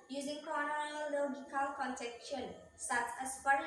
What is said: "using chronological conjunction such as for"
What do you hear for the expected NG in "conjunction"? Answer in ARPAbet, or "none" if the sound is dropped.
none